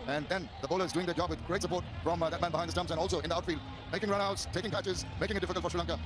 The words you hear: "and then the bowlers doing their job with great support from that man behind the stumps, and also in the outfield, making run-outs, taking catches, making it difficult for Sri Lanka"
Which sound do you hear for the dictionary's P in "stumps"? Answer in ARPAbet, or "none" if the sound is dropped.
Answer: none